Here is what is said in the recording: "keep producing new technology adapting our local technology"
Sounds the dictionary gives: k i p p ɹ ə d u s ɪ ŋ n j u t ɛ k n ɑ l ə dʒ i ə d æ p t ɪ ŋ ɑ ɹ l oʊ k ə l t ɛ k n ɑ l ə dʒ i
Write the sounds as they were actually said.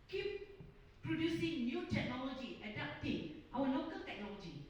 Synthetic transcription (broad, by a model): k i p p ɹ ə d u s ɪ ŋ n j u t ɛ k n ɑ l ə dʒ i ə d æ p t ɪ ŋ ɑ w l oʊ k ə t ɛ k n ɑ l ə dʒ i